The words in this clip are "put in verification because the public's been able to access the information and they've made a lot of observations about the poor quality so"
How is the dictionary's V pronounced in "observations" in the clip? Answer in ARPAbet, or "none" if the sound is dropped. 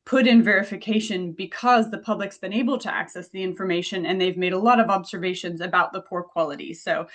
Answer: V